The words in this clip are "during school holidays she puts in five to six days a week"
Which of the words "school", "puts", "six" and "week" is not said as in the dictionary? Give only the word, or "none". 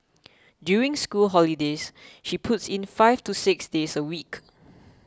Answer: none